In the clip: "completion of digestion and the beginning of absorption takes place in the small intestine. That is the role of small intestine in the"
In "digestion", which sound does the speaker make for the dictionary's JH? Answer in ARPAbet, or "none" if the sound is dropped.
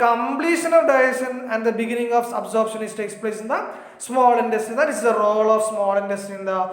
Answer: none